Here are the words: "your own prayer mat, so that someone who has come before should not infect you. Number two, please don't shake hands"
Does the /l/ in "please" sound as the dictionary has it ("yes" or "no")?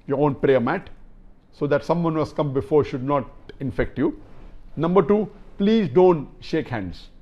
yes